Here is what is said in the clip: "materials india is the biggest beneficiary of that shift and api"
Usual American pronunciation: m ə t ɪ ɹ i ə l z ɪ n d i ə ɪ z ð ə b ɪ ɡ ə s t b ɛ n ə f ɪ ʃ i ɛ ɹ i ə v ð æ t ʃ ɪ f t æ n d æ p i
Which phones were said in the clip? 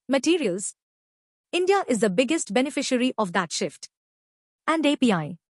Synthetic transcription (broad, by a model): m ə t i ɹ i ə l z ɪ n d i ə ɪ z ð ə b ɪ ɡ ə s t b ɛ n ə f ɪ ʃ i ɹ i ə v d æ t ʃ ɪ f t æ n d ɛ p i